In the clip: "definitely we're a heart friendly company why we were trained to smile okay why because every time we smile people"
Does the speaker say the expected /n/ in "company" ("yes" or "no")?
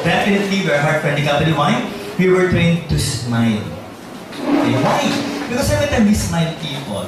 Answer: no